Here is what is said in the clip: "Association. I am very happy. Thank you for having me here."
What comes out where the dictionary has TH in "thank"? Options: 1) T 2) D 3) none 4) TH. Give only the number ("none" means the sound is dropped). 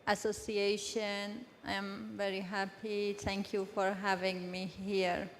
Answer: 1